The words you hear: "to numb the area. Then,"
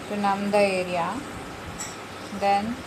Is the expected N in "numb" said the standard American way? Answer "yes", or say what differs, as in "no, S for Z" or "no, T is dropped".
yes